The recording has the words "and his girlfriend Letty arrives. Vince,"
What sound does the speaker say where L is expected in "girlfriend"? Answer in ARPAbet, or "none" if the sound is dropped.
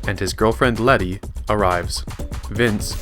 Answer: L